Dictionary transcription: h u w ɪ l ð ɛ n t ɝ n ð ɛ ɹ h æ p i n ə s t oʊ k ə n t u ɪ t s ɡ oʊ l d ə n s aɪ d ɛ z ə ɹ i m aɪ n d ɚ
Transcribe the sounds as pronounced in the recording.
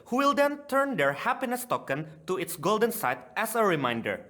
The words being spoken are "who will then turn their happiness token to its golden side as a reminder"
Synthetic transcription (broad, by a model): h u w ɪ l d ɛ n t ɝ n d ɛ ɹ h æ p i n ə s t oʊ k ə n t u ɪ t s ɡ oʊ l d ə n s aɪ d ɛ s ə ɹ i m aɪ n d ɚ